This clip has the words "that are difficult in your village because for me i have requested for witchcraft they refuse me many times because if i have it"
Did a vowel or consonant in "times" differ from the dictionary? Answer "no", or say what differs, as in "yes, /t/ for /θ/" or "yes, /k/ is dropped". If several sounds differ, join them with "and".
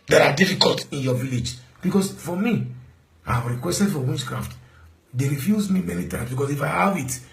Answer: yes, /s/ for /z/